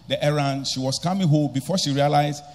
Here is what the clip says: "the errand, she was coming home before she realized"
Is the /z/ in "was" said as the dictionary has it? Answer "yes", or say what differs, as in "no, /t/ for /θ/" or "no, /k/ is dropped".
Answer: no, /s/ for /z/